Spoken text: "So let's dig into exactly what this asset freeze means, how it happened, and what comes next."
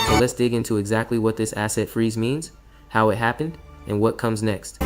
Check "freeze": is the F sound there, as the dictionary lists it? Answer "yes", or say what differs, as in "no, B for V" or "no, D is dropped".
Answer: yes